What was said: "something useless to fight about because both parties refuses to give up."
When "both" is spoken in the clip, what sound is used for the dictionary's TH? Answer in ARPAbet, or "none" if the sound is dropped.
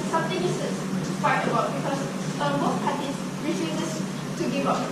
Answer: S